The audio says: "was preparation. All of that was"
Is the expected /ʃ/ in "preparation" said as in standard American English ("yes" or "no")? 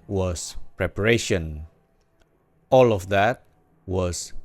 yes